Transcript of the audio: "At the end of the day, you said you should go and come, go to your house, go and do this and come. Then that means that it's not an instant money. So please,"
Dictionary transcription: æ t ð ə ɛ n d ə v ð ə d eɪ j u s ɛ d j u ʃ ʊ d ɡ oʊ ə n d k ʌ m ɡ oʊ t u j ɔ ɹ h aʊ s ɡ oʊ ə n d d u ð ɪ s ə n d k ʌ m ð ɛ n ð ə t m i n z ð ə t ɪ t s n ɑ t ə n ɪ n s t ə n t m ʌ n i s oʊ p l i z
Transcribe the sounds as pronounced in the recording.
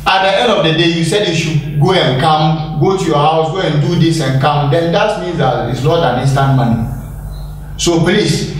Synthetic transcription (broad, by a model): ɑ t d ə ɛ n d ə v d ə d eɪ j u s ɛ d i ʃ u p ɡ oʊ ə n k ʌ m ɡ oʊ t u j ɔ h aʊ s ɡ oʊ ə n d d u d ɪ s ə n k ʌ m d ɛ n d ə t m i n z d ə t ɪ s l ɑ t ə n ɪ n s t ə n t m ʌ n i s oʊ p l i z